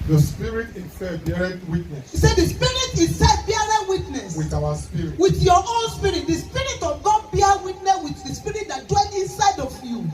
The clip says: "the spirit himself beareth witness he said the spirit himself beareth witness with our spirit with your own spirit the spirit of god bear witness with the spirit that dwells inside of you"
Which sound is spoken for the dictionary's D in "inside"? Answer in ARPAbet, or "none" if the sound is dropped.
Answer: D